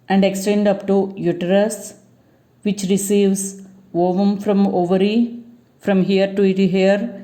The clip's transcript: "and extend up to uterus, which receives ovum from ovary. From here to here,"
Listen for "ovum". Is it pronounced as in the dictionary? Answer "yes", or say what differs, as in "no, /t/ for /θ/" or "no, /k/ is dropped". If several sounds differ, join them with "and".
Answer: yes